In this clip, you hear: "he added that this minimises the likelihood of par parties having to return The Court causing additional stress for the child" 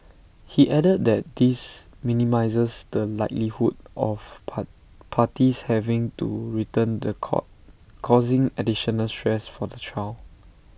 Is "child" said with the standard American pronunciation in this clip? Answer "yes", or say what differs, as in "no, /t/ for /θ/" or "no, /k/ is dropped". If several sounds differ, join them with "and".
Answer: no, /d/ is dropped